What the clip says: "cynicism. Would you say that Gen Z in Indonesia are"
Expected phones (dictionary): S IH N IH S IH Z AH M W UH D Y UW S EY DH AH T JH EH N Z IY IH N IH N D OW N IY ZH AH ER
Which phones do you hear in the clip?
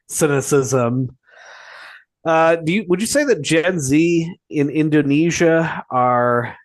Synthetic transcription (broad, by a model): S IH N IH S IH Z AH M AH D Y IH S EY DH AH T JH EH N Z IY IH N IH N D OW N IY ZH AH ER